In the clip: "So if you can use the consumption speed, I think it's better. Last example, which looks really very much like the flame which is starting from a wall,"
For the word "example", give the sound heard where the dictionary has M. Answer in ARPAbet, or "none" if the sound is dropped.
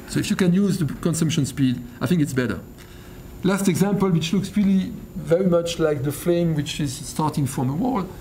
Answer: M